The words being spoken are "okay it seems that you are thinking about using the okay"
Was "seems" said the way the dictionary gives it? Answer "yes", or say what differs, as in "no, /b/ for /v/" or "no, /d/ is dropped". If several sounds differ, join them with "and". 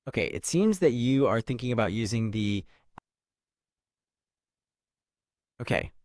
yes